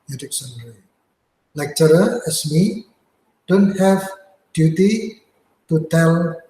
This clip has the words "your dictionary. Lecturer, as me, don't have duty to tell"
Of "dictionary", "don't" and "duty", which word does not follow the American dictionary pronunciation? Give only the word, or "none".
dictionary